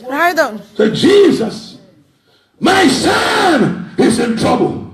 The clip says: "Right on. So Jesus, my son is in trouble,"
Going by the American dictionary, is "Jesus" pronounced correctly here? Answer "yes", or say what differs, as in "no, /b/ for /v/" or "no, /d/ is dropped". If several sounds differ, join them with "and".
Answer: yes